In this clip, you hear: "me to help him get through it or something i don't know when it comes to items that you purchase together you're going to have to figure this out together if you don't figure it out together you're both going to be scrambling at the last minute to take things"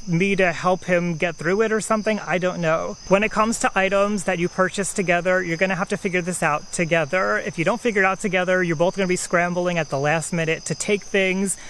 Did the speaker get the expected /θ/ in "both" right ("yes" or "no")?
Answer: yes